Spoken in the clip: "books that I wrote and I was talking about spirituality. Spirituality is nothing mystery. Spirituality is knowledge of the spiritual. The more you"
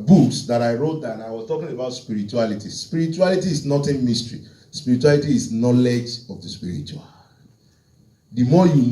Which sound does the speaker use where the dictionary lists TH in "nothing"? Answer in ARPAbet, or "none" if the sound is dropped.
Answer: T